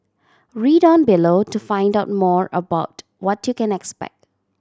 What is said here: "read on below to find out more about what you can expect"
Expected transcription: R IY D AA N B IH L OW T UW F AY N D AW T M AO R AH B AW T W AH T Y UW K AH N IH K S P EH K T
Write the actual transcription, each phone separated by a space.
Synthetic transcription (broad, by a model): R IY D AA N B IH L OW T UW F AY N D AW T M AO R AH B AW T W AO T Y UW K AH N IH K S P EH K T